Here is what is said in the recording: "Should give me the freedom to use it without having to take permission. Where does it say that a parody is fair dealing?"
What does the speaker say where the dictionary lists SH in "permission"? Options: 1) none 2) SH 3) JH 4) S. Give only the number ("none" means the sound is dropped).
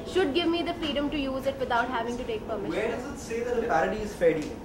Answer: 1